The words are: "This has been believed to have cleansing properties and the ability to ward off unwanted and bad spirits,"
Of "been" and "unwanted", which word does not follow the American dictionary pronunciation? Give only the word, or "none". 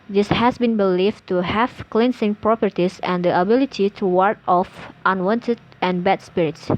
none